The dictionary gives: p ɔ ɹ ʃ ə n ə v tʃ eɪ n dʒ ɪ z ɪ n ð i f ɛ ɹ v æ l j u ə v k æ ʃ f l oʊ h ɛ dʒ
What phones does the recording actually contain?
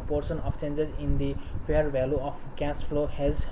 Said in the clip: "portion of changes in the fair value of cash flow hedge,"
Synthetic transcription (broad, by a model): p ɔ ɹ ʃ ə n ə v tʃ eɪ n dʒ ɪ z ɪ n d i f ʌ ɹ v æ l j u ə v k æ s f l oʊ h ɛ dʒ